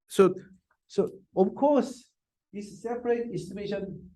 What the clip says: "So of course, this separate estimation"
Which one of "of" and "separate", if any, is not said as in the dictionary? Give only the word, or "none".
of